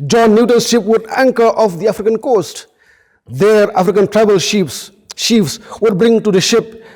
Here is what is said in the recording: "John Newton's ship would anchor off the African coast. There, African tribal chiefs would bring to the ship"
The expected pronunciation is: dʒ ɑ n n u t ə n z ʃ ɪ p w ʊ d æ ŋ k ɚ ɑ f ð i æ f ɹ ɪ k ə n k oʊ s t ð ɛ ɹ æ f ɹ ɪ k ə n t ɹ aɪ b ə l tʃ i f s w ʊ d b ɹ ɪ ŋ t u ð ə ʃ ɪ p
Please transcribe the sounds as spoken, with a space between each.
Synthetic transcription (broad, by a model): dʒ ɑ n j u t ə n ʃ ɪ p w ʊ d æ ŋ k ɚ ɑ f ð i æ f ɹ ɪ k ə n k oʊ s t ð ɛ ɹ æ f ɹ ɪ k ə n t ɹ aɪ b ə l ʃ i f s w ʊ d b ɹ ɪ ŋ t u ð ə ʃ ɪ p